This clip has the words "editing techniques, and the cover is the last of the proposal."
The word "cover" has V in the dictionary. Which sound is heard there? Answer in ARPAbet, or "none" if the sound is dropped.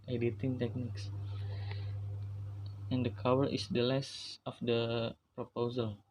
W